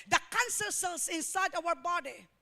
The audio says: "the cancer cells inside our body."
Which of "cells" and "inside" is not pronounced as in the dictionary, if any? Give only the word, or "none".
cells